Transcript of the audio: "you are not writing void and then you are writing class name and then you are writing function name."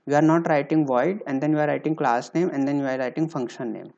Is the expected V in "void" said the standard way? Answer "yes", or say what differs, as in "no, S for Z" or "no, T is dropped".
yes